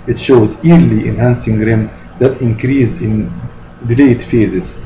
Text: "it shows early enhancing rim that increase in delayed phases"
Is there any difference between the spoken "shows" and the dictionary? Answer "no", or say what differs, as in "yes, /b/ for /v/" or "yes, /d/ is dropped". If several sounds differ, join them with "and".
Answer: no